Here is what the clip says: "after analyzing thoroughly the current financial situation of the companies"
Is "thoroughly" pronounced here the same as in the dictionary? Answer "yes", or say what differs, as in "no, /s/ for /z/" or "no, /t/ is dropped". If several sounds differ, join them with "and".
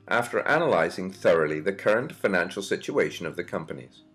yes